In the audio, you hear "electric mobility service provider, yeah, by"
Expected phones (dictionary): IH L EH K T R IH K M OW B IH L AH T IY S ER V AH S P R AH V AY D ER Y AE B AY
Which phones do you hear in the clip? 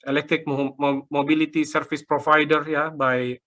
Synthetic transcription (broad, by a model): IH L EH K T R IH K M OW B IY L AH T IY S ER F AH S P R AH F AY D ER Y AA B AY